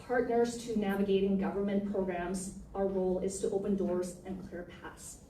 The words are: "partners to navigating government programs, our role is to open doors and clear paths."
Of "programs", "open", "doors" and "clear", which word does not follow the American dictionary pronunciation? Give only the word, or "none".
none